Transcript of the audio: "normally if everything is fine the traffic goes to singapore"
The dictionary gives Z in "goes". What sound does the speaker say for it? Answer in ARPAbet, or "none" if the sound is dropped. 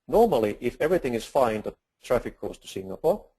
S